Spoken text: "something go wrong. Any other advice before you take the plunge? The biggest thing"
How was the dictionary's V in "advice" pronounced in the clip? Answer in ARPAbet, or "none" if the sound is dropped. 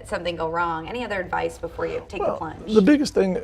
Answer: V